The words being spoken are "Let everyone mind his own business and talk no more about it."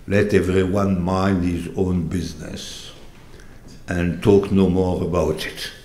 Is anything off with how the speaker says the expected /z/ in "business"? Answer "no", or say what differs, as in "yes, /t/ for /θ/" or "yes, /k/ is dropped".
no